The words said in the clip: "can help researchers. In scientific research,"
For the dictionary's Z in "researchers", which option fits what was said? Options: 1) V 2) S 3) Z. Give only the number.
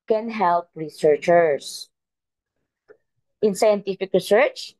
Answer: 2